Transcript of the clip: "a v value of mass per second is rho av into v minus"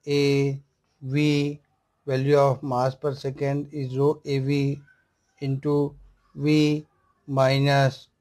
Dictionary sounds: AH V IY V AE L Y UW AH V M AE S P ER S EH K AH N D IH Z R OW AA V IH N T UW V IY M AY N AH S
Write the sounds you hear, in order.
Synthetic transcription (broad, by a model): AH V IY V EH L Y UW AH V M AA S P ER S EH K AH N D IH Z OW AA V IH N T UW V IY M AY N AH S